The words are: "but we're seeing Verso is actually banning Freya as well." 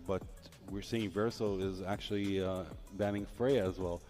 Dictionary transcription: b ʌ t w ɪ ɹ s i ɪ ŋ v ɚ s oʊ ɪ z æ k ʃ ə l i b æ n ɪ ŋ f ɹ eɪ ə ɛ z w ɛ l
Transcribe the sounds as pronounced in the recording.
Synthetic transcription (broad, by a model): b ʌ t w ɪ ɹ s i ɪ ŋ v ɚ s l ɪ z æ k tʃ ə l i b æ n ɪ ŋ f ɹ eɪ ə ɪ z w ɛ l